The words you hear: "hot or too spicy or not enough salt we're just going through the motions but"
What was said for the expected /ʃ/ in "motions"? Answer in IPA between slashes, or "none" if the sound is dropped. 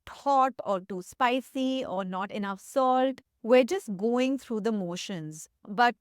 /ʃ/